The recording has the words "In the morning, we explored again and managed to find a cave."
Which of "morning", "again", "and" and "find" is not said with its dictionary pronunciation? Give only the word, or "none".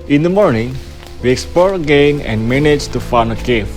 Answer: find